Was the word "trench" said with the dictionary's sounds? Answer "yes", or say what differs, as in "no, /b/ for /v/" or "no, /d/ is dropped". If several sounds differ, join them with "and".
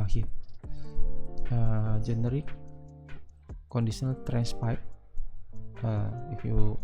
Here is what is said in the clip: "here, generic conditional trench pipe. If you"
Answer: no, /s/ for /tʃ/